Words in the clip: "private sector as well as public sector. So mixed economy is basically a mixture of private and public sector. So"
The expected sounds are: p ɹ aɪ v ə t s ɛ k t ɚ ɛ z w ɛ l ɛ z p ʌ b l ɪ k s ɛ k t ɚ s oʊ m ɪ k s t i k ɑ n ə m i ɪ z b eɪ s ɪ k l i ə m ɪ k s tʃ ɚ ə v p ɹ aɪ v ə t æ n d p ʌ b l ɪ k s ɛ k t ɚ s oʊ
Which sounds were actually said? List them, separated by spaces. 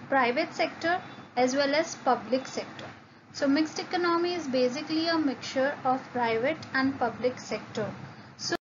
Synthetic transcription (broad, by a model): p ɹ aɪ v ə t s ɛ k t ɚ ɛ z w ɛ l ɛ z p ʌ b l ɪ k s ɛ k t ɚ s oʊ m ɪ k s t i k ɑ n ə m i ɪ z b eɪ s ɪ k l i ə m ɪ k tʃ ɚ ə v p ɹ aɪ v ə t æ n d p ʌ b l ɪ k s ɛ k t ɚ s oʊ